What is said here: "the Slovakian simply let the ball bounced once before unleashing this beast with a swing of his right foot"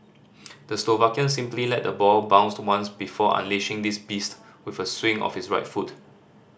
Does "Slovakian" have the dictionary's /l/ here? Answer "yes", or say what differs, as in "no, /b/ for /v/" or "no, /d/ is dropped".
yes